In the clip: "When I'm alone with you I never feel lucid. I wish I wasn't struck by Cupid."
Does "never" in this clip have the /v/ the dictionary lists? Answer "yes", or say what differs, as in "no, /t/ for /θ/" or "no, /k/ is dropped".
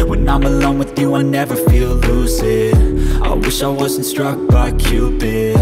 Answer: yes